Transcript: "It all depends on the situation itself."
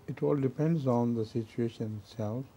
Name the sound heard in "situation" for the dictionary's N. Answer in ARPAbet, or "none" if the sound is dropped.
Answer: N